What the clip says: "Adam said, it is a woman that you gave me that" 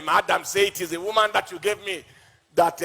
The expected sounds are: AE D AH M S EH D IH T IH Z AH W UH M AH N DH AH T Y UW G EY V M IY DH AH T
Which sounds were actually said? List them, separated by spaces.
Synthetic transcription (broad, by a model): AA D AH M S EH IH T IH Z AH W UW M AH N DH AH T Y UW G EY V M IY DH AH T